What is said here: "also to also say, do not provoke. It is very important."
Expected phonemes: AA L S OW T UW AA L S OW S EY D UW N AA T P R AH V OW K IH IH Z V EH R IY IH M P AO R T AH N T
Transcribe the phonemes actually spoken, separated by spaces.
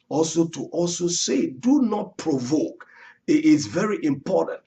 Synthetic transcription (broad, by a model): AA L S OW T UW AA L S OW S EY D UW N AA T P R AH V OW K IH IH S V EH R IY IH M P AO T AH N T